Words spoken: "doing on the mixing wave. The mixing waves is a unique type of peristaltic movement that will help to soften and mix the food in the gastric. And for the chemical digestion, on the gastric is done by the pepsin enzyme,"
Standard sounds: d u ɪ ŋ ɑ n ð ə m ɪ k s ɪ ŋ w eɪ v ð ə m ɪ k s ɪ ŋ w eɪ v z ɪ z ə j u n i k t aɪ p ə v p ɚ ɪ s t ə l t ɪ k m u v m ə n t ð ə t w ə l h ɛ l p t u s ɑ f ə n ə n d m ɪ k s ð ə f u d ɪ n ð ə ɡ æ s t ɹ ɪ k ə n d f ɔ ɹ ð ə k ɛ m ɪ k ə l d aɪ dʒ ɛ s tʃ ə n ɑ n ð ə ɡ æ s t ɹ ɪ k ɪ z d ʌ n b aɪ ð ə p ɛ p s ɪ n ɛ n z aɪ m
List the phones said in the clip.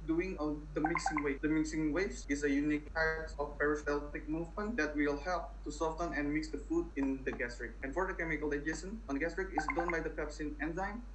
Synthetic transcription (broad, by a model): d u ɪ ŋ ɑ n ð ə m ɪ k s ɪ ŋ w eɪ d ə m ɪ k s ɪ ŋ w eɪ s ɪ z ə j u n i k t aɪ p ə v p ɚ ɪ s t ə l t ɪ k m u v m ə n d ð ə t w ə l h ɛ l p t u s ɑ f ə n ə n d m ɪ k s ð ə f u d ɪ n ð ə ɡ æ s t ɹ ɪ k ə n f ɔ ɹ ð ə k ɛ m ɪ k ə l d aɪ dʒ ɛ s ə n ɑ n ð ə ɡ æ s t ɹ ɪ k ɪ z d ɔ n b aɪ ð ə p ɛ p s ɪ n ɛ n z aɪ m